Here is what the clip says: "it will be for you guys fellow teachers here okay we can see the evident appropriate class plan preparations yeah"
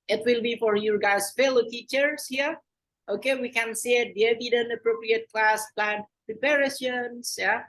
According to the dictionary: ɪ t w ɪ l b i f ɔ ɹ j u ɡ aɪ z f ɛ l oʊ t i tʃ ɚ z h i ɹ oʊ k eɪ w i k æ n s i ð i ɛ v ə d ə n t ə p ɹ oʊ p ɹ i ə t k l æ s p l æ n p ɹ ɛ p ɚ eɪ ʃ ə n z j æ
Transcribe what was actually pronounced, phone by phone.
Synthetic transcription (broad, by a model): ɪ t w ɪ l b i f ɔ ɹ j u ɡ aɪ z f ɛ l oʊ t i tʃ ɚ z h i ɹ oʊ k eɪ w i k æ n s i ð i ɛ v ə d ə n t ə p ɹ oʊ p ɹ i ə t k l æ s p l æ n p ɹ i p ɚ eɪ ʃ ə n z j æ